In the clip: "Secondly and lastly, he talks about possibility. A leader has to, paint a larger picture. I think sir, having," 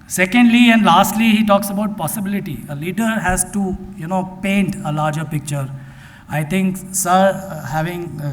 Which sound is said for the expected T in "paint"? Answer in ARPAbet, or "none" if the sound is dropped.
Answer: T